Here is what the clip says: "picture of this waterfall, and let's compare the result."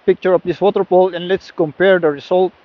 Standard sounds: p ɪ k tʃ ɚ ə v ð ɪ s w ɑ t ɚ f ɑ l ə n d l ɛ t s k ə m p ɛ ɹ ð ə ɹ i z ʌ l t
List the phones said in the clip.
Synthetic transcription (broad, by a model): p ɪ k tʃ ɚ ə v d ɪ s w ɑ t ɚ p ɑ l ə n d l ɛ t s k ə m p ɛ ɹ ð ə ɹ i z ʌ l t